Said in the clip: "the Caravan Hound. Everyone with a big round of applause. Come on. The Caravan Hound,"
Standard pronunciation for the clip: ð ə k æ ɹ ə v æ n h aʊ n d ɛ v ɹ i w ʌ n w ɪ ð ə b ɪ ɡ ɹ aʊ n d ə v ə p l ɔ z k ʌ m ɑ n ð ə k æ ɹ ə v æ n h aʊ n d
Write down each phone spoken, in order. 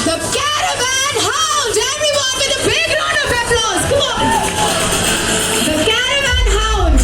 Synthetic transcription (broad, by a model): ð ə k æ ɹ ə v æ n h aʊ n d ɛ v ɹ i w ʌ n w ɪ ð ə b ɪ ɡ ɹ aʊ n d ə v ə f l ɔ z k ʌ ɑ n ð ə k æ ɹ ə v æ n h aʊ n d